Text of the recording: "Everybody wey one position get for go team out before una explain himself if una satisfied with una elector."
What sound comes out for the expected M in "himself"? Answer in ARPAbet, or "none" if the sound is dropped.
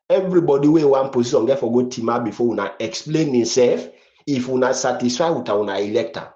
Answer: none